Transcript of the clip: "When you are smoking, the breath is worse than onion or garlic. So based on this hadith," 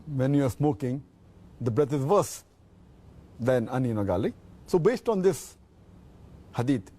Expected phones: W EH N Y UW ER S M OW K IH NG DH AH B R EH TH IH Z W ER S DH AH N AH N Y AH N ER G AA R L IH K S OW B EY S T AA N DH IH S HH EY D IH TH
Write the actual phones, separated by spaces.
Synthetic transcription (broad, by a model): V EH N Y UW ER S M OW K IH NG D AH B R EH T IH Z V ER S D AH N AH N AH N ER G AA L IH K S OW B EY S T AA N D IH S HH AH D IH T